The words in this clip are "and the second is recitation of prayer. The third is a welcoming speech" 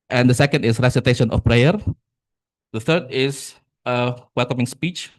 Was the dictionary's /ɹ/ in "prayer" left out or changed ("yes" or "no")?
no